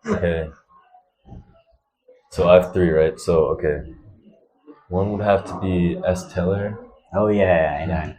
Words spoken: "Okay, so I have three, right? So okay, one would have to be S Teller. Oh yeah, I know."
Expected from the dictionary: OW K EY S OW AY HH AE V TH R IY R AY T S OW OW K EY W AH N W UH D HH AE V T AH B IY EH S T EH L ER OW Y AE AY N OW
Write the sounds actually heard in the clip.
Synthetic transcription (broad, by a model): OW K EY S OW AY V TH R IY R AY T S OW OW K EY W AH N W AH D HH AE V T AH B IY EH S T EH L ER OW Y AE AY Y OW